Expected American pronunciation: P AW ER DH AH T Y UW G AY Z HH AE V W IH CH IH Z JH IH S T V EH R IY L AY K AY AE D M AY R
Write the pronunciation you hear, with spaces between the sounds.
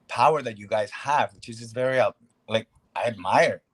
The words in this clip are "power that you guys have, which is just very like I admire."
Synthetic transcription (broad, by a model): P AW ER DH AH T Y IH G AY Z HH AE V W IH CH IH Z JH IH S V EH R IY L AY K AY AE D M AY R